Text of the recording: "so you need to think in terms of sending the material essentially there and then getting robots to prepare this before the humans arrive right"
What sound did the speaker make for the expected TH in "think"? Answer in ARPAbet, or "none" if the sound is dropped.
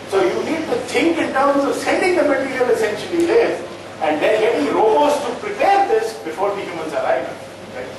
T